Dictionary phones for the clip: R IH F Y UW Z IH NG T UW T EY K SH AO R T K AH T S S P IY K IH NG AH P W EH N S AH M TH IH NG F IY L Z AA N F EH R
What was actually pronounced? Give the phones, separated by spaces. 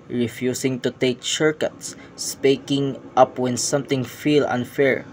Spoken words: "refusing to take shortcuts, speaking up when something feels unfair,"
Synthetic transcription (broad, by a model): R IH F Y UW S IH NG T UW T EY K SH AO R K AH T S S P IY K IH NG AH P W EH N S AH M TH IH NG F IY L AA N F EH R